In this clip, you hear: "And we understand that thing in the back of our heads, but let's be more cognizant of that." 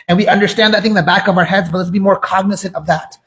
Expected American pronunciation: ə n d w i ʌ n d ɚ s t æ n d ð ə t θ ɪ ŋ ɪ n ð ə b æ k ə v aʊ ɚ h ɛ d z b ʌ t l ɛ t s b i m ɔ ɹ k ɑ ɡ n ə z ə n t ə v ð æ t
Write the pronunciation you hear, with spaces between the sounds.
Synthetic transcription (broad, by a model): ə n w i ʌ n d ɚ s t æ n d ð ə t θ ɪ ŋ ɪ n ð ə b æ k ə v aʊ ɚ h ɛ d z b ʌ t l ɛ t s b i m ɔ ɹ k ɑ ɡ n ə s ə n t ə v ð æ t